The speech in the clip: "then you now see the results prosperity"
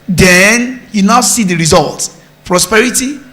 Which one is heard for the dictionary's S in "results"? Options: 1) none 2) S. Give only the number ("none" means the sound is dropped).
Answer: 1